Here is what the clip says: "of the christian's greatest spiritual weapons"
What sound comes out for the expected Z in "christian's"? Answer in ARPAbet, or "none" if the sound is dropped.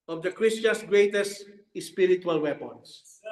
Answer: S